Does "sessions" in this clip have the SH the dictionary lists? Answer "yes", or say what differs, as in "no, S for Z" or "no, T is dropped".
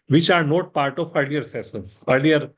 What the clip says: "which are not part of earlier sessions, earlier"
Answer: no, S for SH